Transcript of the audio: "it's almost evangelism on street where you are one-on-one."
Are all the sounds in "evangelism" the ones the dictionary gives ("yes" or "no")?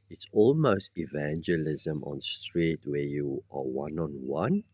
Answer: yes